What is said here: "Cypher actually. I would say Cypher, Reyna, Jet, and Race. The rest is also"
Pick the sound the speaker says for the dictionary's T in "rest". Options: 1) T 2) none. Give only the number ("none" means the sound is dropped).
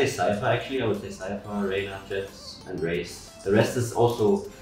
1